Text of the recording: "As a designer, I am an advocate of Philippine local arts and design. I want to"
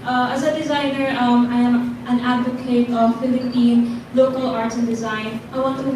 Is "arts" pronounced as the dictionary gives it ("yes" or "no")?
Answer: no